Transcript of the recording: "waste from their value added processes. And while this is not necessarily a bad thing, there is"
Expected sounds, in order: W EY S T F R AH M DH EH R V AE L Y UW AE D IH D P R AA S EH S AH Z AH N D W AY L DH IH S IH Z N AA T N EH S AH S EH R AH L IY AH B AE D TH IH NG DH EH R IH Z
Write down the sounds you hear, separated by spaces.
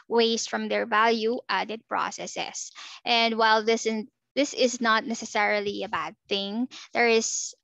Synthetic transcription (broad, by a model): W EY S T F R AH M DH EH R V AE L Y UW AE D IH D P R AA S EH S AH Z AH N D W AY L DH IH S IH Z N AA T N EH S AH S EH R AH L IY AH B AE D TH IH NG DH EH R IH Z